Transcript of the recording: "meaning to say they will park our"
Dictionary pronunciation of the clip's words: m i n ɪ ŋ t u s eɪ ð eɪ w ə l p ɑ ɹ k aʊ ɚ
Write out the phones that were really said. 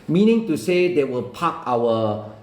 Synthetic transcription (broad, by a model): m i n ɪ ŋ t u s eɪ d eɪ w ə l p ɑ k aʊ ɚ